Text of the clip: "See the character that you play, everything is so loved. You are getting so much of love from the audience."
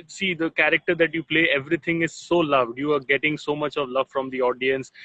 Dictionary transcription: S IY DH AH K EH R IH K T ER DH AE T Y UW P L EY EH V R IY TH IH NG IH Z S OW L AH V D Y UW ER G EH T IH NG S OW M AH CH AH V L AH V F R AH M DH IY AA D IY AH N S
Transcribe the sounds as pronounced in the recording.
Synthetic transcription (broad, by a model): S IY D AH K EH R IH K T ER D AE T Y UW P L EY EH V R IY T IH NG IH Z S OW L AH V D Y UW ER G EH T IH NG S OW M AH CH AH V L AH V F R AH M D IY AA D IY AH N S